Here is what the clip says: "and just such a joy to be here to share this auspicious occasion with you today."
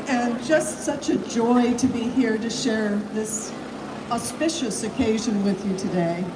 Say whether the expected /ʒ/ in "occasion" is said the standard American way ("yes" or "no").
yes